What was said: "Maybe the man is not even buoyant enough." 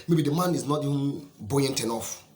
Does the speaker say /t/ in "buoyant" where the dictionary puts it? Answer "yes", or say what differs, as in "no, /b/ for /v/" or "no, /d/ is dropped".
yes